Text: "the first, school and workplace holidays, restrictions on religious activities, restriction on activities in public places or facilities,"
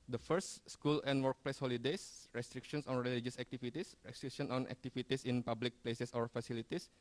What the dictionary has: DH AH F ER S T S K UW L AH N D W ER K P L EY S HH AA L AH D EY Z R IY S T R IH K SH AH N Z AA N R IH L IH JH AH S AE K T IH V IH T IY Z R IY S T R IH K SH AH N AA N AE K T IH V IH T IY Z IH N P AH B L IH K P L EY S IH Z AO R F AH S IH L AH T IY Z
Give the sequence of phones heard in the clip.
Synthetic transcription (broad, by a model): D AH F ER S T S K UW L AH N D W ER K P L EY S HH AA L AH D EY S R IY S T R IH K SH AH N S AA N R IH L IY JH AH S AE K T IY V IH T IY S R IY S T R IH K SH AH N AA N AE K T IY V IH T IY S IH N P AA B L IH K P L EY S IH S AO R F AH S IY L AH T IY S